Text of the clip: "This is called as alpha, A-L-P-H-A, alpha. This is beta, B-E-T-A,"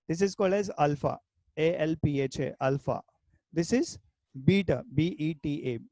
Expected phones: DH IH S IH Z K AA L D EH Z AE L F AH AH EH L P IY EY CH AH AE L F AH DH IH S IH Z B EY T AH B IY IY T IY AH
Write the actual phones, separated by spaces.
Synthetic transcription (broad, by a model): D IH S IH Z K AA L D EH Z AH L F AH AH EH L P IY EY CH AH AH L F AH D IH S IH Z B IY T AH B IY IY T IY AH